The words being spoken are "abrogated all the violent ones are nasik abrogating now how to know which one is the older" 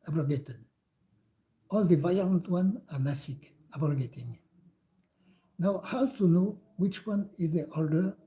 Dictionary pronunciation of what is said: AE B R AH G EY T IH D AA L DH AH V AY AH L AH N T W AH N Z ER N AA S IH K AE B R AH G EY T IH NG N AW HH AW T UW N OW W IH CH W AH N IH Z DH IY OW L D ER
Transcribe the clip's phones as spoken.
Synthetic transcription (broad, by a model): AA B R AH G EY T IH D AA L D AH V AY AH L AH N T W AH N AA N AA S IH K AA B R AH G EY T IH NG N AW HH AW T UW N OW W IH CH W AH N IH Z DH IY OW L D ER